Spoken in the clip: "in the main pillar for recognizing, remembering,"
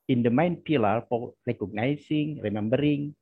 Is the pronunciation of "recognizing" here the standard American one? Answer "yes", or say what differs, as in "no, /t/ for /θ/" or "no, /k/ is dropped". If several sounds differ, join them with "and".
no, /s/ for /z/